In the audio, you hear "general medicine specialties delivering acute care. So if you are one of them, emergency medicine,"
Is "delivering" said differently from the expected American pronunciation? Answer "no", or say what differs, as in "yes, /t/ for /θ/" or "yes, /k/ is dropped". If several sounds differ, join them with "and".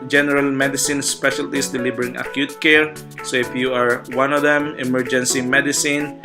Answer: yes, /b/ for /v/